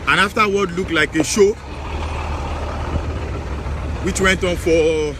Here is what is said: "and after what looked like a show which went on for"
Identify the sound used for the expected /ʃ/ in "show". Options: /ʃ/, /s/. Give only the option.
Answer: /ʃ/